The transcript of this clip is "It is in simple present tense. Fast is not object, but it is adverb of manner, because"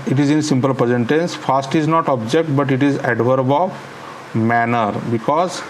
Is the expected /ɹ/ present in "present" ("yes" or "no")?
no